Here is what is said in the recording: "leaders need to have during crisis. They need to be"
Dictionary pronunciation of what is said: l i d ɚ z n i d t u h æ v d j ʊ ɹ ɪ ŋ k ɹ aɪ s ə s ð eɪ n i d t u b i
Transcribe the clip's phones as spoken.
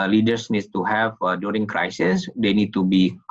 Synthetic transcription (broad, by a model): l i d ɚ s n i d t u h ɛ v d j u ɹ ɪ ŋ k ɹ aɪ s ə s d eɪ n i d t u b i